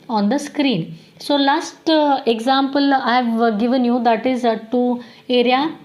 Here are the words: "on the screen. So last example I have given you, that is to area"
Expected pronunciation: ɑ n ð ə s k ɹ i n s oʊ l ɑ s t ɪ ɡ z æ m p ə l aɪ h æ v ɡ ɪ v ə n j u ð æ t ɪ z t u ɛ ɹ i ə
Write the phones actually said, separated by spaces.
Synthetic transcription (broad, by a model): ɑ n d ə s k ɹ i n s oʊ l ɑ s t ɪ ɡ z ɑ m p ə l aɪ v ɡ ɪ v ə n j u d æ t ɪ z t u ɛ ɹ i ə